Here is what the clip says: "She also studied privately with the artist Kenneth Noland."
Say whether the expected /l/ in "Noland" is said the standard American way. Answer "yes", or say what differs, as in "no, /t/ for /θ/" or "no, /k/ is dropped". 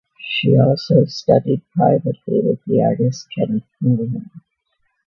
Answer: no, /l/ is dropped